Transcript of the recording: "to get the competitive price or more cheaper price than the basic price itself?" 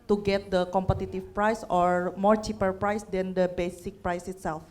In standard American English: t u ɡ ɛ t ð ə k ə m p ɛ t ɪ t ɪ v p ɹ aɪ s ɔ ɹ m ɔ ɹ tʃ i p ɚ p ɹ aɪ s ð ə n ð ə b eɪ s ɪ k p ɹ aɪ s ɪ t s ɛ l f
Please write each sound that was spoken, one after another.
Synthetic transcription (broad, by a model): t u ɡ ɛ t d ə k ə m p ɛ t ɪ t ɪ f p ɹ aɪ s ɔ ɹ m ɔ ɹ tʃ i p ɚ p ɹ aɪ s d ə n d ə b eɪ s ɪ k p ɹ aɪ s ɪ t s ɛ l f